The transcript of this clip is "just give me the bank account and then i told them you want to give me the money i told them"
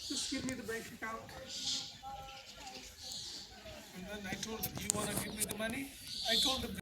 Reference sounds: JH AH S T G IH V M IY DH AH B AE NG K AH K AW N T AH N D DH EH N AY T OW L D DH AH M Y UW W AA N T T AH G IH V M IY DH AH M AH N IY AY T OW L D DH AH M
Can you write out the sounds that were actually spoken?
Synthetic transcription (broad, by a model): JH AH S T G IH V M IY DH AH B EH K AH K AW T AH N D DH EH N AY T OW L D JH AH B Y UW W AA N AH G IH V M IY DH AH M AH N IY AY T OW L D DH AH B